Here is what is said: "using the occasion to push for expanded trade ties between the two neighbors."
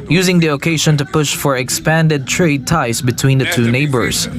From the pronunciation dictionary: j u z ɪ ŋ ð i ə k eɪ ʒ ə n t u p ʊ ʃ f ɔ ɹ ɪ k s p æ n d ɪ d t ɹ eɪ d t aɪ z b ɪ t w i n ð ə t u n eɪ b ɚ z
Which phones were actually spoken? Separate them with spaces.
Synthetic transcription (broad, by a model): j u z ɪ ŋ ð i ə k eɪ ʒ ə n t u p ʊ ʃ f ɔ ɹ ɪ k s p æ n d ɪ d t ɹ eɪ d t aɪ s b ɪ t w i n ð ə t u n eɪ b ɚ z